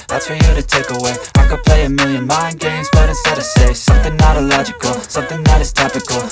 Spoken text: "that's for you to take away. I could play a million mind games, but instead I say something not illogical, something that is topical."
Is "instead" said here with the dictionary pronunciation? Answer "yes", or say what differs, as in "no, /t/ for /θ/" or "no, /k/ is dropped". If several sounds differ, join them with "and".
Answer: no, /n/ is dropped